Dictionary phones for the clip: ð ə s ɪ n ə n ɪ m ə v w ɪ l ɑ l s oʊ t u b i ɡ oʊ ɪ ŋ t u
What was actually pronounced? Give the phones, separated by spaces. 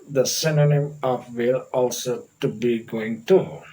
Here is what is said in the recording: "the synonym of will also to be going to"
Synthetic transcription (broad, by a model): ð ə s ɪ n ə n ɪ m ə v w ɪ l ɑ l s oʊ t u b i ɡ oʊ ɪ ŋ t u